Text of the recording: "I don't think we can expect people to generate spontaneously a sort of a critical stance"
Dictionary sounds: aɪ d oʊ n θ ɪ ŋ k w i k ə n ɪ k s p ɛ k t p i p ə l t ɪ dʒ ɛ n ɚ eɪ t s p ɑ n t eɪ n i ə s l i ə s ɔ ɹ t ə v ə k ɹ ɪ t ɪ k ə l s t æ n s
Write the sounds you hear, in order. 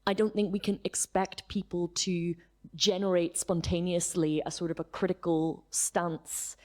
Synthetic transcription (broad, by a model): aɪ d oʊ n θ ɪ ŋ k w i k ə n ɪ k s p ɛ k t p i p ə l t ɪ dʒ ɛ n ɚ eɪ t s p ɑ n t eɪ n i ə s l i ə s ɔ ɹ t ə v ə k ɹ ɪ t ɪ k ə l s t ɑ n s